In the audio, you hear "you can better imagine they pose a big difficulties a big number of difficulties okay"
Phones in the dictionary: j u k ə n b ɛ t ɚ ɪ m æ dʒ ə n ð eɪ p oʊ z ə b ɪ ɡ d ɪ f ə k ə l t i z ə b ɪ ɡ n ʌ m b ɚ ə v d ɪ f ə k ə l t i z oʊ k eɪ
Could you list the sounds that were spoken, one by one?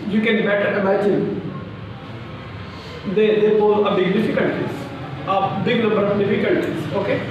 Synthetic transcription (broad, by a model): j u k ə n b ɛ t ɚ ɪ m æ dʒ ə n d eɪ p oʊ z ə b ɪ ɡ d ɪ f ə k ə l t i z ə b ɪ ɡ l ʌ b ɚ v d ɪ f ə k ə l t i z oʊ k eɪ